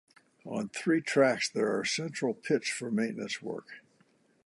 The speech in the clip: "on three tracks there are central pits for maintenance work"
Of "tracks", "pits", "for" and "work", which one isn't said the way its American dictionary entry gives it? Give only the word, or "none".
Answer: none